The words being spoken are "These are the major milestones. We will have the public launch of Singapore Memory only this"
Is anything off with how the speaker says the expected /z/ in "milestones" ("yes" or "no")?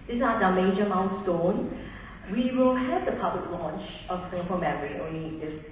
yes